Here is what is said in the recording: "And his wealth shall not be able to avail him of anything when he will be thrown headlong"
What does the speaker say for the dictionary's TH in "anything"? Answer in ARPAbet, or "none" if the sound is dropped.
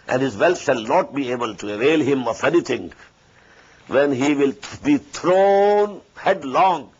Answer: T